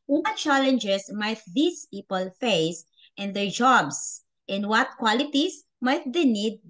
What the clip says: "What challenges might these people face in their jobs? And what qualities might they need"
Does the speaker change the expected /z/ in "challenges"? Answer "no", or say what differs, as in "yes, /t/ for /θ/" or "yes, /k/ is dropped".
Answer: yes, /s/ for /z/